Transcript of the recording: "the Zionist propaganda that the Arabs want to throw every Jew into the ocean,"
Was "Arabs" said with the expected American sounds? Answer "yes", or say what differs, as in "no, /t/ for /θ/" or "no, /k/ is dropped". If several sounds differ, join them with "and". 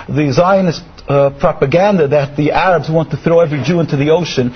yes